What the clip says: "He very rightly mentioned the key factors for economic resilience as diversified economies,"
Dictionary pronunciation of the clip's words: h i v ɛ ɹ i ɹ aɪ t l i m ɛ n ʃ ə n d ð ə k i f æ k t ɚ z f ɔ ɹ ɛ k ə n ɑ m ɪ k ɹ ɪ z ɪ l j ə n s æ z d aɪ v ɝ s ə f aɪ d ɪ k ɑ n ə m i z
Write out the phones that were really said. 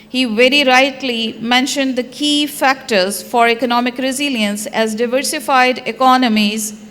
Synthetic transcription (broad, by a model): h i v ɛ ɹ i ɹ aɪ t l i m ɛ n ʃ ə n d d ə k i f æ k t ɚ z f ɔ ɹ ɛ k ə n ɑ m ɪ k ɹ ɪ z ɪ l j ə n s æ z d aɪ v ɝ s ə f aɪ d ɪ k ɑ n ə m i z